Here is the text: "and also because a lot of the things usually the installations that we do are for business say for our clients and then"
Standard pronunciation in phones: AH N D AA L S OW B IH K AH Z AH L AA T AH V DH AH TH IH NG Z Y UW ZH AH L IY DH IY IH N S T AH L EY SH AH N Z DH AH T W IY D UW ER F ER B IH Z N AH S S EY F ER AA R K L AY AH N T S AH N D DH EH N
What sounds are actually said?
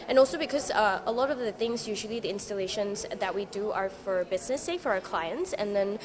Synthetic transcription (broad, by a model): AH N AA L S OW B IH K AH Z AH L AA T AH V DH AH TH IH NG Z Y UW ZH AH L IY DH IY IH N S T AH L EY SH AH N Z DH AH T W IY D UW ER F ER B IH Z N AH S S EY F ER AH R K L AY AH N T S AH N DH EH N